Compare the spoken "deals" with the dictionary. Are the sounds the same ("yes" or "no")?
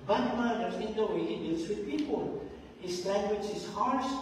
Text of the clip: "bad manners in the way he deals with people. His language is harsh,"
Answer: no